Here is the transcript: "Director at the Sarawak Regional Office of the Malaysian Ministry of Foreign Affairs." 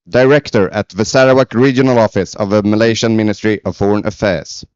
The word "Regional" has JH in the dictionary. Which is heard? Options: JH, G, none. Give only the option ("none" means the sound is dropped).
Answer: JH